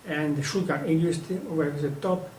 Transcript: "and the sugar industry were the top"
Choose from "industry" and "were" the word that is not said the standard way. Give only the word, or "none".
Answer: industry